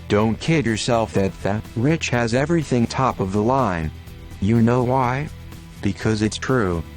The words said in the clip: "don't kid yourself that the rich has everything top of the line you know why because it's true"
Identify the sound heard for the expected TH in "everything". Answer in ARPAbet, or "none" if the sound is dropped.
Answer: TH